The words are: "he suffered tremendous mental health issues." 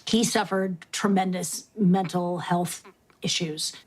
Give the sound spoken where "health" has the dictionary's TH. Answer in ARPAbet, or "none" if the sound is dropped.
TH